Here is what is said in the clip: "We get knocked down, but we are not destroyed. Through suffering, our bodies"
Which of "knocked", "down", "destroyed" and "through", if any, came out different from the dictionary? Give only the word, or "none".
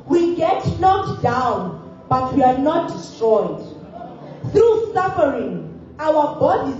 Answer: knocked